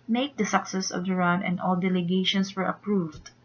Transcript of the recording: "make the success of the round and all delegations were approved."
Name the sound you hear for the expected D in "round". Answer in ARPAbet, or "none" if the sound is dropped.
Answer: none